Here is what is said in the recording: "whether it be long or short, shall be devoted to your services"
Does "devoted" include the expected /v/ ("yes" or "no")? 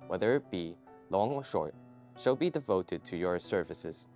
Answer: yes